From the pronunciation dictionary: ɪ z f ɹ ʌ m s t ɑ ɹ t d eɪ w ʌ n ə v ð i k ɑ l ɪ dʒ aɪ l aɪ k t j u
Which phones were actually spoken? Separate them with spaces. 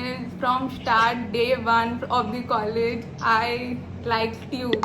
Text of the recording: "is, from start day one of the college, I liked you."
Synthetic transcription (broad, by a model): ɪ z f ɹ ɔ m s t ɑ ɹ t d eɪ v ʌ n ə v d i k ɑ l ɪ dʒ aɪ l aɪ k t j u